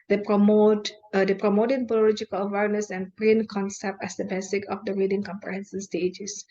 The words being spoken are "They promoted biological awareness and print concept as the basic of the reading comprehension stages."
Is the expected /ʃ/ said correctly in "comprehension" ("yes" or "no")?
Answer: no